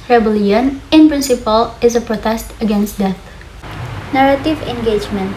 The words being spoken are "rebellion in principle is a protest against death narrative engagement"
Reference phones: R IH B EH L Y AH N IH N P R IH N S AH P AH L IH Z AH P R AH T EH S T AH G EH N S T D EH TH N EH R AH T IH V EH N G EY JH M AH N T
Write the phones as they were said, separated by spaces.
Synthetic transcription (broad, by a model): R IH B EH L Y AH N IH N P R IH N S AH P AH L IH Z AH P R AH T EH S T AH G EH N S T D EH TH N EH R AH T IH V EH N G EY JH M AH N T